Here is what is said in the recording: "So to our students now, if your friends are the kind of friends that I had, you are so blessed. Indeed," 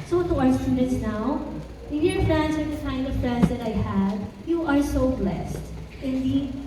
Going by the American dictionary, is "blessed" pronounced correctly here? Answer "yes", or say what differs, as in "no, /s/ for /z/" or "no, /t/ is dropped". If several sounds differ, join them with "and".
yes